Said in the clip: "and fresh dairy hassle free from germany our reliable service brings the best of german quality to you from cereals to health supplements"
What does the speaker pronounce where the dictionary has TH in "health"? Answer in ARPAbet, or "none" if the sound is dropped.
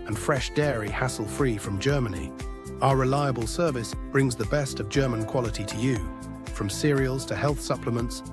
TH